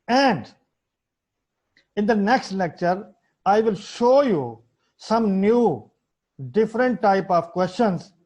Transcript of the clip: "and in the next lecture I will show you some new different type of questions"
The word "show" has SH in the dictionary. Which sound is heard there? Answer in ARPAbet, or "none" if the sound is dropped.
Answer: SH